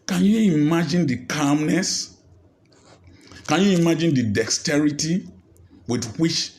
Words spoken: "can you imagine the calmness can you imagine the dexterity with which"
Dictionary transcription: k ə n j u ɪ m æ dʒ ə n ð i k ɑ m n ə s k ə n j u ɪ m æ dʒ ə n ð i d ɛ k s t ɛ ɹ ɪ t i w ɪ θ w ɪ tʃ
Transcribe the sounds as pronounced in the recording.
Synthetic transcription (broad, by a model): k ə n j u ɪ m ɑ dʒ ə n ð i k ɑ m n ə s k ə n j u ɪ m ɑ dʒ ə n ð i d ɛ k s t ɛ ɹ ɪ t i w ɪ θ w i tʃ